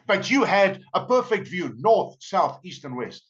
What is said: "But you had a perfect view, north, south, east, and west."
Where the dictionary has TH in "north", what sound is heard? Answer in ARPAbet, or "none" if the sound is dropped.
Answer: TH